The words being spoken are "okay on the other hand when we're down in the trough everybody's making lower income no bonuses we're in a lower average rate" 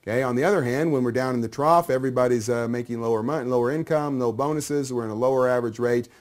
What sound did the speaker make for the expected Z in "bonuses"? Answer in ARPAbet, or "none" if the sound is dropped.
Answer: Z